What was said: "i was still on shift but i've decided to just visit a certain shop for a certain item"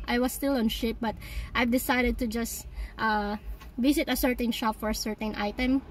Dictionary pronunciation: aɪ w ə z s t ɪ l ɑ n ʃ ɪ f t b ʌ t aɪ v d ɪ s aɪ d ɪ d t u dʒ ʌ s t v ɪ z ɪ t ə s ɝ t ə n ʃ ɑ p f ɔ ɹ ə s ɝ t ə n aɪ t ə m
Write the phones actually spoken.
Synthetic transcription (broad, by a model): aɪ w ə s t ɪ l ɑ n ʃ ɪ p b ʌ t aɪ v d ɪ s aɪ d ɪ d t u dʒ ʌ s t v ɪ s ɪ t ə s ɝ t ə n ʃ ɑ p f ɔ ɹ ə s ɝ t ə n aɪ t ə m